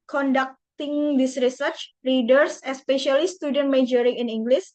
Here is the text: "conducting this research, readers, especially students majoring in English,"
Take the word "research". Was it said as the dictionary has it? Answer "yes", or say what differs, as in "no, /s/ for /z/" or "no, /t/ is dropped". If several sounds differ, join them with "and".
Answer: yes